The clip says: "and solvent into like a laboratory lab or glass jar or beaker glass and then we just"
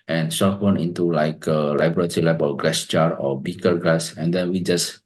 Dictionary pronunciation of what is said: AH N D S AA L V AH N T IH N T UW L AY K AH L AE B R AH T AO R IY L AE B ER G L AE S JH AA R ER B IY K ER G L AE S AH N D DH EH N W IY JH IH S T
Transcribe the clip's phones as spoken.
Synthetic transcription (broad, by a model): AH N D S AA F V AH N IH N T UW L AY K AH L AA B R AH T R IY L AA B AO G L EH S CH AA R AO B IY K ER G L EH S AH N D EH N W IY JH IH S